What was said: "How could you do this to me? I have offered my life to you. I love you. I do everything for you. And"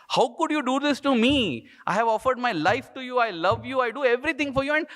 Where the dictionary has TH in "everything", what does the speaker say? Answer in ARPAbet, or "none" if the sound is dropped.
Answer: T